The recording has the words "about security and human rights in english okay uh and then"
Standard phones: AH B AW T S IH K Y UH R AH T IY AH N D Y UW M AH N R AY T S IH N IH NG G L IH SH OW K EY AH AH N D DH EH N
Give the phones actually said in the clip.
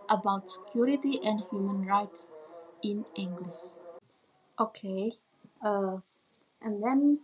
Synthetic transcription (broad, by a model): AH B AW T S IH K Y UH R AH T IY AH N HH Y UW M AH N R AY T S IH N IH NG G L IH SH OW K EY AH AH N D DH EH N